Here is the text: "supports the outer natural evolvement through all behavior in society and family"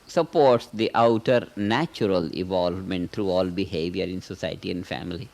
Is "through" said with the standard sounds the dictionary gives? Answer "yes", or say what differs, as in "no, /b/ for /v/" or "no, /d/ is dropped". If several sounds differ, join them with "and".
no, /t/ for /θ/